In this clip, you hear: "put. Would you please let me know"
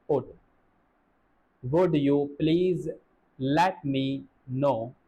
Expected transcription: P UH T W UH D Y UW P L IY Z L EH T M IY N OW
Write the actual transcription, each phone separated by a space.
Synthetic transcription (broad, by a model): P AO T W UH D Y UW P L IY Z L EH T M IY N OW